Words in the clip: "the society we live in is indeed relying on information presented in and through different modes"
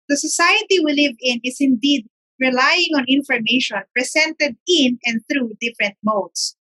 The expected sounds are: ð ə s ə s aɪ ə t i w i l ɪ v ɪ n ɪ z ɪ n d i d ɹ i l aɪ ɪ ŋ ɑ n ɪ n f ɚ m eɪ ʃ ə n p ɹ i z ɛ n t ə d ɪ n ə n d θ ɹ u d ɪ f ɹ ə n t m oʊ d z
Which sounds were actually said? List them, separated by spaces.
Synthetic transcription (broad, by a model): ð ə s ə s aɪ ə t i w i l ɪ v ɪ n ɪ s ɪ n d i d ɹ i l aɪ ɪ ŋ ɑ n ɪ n f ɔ m eɪ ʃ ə n p ɹ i s ɛ n t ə d ɪ n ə n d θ ɹ u d ɪ f ɹ ə n t m oʊ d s